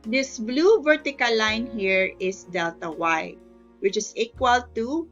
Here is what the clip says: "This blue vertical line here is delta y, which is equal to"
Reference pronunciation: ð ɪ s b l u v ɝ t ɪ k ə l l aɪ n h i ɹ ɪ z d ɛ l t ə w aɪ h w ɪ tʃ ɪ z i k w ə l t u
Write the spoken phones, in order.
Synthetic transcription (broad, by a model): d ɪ s b l u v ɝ t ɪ k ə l l aɪ n h i ɹ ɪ s d ɛ l t ə w aɪ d w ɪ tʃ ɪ s i k w ə l t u